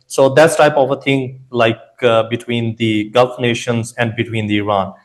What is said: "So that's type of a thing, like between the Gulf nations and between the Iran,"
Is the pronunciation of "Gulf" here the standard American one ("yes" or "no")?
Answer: yes